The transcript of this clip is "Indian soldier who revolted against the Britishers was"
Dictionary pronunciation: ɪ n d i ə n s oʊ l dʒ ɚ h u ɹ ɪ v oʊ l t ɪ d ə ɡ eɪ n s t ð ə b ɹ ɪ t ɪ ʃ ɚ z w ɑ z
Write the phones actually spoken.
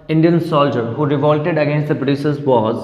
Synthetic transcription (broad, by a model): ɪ n d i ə n s oʊ l dʒ ɚ h u ɹ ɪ v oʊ l t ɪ d ə ɡ eɪ n s t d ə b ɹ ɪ s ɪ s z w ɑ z